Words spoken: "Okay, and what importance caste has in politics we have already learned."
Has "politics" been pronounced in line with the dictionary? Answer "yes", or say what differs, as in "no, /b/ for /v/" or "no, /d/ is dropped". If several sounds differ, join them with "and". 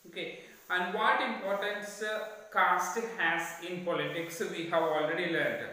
yes